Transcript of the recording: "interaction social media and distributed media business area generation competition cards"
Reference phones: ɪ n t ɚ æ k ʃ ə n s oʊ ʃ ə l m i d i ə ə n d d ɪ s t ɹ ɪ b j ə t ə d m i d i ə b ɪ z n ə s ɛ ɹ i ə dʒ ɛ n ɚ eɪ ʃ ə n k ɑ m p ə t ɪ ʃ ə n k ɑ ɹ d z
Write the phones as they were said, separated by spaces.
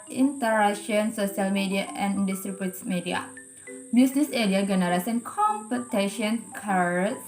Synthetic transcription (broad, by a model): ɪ n t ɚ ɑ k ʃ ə n s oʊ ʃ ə l m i d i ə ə n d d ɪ s t ɹ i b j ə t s m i d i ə b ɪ s n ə s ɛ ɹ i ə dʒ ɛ n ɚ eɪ s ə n k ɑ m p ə t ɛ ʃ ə n k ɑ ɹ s